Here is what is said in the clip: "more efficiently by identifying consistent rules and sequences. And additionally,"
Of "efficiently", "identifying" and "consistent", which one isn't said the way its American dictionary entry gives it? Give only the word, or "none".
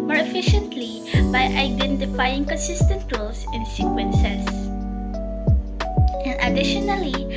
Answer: none